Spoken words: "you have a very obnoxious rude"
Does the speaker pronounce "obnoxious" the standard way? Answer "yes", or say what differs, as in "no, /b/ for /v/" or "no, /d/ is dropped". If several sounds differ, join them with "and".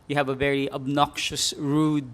yes